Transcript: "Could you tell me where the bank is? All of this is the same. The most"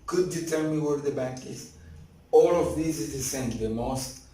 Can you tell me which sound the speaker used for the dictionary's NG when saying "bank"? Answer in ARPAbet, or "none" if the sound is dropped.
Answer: none